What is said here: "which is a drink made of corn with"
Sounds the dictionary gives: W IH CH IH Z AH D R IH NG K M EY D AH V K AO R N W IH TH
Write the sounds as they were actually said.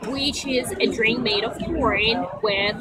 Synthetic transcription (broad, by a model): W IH CH IH Z AH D R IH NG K M EY D AH V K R R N W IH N